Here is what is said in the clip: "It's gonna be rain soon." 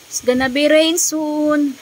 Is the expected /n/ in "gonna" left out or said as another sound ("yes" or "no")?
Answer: no